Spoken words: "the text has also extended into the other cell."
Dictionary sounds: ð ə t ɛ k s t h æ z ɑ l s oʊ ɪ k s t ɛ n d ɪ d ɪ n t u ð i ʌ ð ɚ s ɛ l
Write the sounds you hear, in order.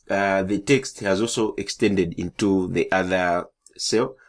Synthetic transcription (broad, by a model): ð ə t ɛ k s t h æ z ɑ l s oʊ ɪ k s t ɛ n d ɪ d ɪ n t u ð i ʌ ð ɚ s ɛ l